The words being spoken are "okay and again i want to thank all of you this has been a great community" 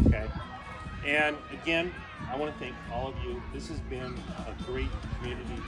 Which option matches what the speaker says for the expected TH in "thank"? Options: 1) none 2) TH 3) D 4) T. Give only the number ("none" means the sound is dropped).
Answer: 2